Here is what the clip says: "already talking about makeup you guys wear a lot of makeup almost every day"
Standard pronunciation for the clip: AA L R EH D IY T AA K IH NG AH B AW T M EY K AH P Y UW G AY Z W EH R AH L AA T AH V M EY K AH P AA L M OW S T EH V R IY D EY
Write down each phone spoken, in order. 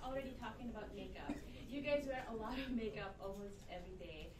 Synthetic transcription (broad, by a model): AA L R EH D IY T AA K IH NG AH B AW T M EY K AH P Y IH G AY Z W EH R AH L AA T AH V M EY K AH P AA L M OW S T EH V R IY D EY